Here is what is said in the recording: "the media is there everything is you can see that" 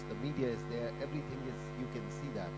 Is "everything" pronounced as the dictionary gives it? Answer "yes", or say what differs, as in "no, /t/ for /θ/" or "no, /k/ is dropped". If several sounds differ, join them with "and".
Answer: yes